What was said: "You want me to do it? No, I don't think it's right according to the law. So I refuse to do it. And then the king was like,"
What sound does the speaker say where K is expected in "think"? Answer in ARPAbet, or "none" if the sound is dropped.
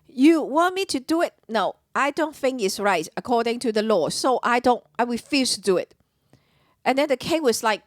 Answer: K